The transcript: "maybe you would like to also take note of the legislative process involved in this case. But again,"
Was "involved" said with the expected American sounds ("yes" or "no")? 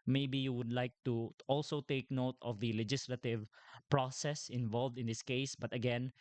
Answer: yes